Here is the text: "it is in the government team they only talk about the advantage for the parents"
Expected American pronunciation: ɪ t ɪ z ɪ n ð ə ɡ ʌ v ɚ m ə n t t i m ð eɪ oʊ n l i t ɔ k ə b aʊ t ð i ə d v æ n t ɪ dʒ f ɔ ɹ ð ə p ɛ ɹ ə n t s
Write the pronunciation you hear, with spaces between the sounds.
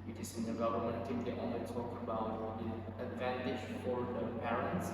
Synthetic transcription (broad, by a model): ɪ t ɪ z ɪ n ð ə ɡ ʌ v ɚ m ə n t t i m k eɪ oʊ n i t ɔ k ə b aʊ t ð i ə d v æ n t ɪ dʒ f ɔ ɹ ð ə p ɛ ɹ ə n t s